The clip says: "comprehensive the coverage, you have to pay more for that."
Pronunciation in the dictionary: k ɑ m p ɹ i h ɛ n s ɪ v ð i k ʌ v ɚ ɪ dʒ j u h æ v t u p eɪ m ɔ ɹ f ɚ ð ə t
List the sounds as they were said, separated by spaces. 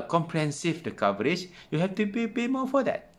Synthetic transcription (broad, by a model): k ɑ m p ɹ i h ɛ n s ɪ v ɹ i k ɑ v ɚ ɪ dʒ j u h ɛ f t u p eɪ m ɔ f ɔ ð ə t